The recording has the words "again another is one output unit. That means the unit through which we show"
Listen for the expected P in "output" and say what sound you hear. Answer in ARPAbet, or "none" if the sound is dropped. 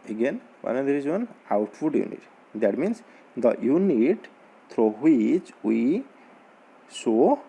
F